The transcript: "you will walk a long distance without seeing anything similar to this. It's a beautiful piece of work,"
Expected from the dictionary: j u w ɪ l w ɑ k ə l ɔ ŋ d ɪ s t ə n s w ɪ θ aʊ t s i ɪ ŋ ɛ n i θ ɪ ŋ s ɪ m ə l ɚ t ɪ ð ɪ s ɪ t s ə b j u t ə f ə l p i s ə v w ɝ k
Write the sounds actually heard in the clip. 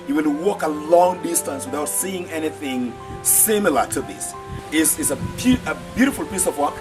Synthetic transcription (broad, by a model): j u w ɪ n w ɑ k ə l ɔ ŋ d ɪ s t ə n s w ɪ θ aʊ t s i ɪ ŋ ɛ n i θ ɪ ŋ s ɪ m ə l ɚ t ɪ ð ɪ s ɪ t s ə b j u t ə f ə l p i s ə v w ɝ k